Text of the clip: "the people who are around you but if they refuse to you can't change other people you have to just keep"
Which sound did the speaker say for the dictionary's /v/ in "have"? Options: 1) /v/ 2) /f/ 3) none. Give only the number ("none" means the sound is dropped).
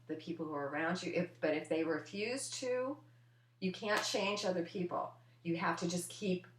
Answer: 2